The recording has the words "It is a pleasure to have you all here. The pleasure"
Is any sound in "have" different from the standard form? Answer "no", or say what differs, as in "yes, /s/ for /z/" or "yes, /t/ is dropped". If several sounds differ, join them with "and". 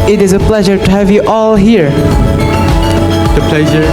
no